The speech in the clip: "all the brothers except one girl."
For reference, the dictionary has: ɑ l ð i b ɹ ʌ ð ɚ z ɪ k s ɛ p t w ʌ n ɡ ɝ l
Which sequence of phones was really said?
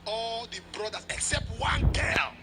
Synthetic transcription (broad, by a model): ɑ l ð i b ɹ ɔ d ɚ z ɪ k s ɛ p t w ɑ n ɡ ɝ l